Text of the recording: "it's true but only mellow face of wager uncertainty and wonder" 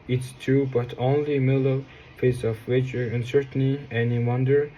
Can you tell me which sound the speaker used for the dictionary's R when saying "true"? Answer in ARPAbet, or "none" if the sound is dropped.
none